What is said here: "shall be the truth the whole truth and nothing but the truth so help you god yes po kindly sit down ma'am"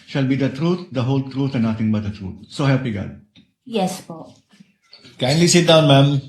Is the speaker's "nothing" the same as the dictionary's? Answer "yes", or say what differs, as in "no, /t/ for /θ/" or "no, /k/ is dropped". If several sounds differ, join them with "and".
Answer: no, /t/ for /θ/